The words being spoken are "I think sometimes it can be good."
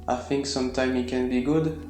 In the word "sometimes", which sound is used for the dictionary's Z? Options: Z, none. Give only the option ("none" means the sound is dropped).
none